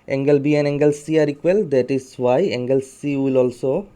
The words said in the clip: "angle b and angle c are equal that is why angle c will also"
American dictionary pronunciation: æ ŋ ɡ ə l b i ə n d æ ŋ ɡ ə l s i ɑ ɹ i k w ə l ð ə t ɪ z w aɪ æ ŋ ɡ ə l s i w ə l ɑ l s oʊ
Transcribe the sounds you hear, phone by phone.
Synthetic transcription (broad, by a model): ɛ ŋ ɡ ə l b i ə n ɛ ŋ ɡ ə l s i ɑ ɹ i k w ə l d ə t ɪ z w aɪ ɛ ŋ ɡ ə l s i w ə l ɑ l s oʊ